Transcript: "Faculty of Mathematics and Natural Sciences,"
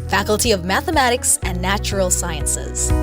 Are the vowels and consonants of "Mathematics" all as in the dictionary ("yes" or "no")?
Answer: yes